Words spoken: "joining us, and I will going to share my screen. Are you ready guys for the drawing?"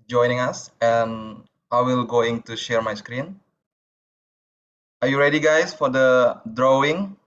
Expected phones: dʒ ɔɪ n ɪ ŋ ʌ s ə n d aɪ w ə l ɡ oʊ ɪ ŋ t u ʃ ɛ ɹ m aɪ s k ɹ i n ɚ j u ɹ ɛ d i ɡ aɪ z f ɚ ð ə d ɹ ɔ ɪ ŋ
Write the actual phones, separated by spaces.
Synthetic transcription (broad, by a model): dʒ ɔɪ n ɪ ŋ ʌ s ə n aɪ w ə l ɡ oʊ ɪ ŋ t u ʃ ɛ ɹ m aɪ s k ɹ i n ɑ j u ɹ ɛ d i ɡ aɪ s f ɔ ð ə d ɹ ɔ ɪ ŋ